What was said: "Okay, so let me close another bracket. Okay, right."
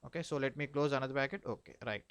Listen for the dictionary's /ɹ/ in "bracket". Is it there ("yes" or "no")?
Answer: no